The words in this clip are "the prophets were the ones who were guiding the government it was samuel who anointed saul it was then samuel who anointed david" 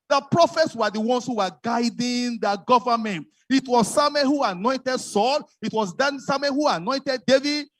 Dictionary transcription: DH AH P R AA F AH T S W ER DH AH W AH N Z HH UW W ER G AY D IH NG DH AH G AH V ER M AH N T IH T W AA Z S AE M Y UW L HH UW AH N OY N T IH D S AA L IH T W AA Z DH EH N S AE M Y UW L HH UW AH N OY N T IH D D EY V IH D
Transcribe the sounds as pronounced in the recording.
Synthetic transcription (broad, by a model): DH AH P R AA F AH T S W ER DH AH W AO N S HH UW W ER G AY D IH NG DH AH G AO V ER M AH N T IH T W AA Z S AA M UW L HH UW AH N OY N T IH D S AA L IH T W AA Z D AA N S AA M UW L HH UW AH N OY N T IH D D EY V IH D